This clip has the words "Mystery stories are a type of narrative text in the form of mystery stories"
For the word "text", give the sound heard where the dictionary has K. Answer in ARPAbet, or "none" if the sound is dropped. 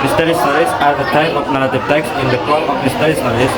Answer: K